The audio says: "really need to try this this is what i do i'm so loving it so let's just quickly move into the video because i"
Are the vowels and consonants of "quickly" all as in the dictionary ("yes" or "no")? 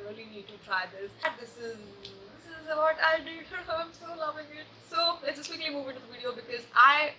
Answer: no